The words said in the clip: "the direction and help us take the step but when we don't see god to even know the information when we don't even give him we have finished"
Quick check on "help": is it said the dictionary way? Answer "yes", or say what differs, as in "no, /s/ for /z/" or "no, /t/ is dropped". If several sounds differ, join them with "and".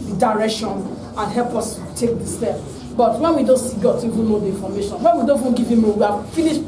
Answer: yes